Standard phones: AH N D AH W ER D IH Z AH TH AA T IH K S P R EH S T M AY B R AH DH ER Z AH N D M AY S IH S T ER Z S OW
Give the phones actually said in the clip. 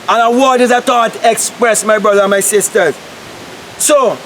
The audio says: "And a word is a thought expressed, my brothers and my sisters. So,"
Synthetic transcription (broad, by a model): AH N AH W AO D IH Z AH T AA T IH K S P R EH S M AY B R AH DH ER AH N M AY S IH S T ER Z S OW